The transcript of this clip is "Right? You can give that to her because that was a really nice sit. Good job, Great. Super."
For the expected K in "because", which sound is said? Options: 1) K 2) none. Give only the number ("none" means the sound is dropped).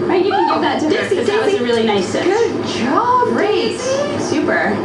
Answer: 2